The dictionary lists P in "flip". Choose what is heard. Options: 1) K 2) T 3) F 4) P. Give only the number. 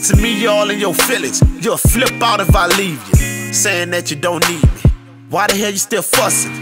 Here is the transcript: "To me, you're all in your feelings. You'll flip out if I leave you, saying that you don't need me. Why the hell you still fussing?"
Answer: 4